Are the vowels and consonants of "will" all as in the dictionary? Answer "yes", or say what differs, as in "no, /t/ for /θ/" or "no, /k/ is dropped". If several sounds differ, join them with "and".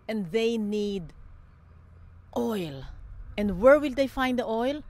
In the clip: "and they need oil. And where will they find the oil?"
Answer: yes